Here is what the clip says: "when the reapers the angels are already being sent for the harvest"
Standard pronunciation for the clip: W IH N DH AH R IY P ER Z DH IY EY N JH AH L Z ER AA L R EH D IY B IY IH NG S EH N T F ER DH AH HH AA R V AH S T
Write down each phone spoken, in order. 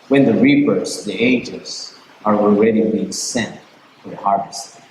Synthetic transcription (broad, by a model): W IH N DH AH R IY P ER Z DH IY EY JH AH Z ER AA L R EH D IY B IY IH NG S EH N T F ER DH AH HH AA R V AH S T